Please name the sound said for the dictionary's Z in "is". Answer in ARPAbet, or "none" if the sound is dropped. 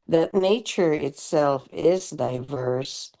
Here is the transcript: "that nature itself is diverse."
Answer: Z